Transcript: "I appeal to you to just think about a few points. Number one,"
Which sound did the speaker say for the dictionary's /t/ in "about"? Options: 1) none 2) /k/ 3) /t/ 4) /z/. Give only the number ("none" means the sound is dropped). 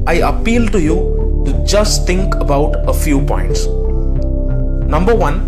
3